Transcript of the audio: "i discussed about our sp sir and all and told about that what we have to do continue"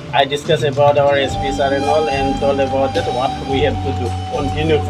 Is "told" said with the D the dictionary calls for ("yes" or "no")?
no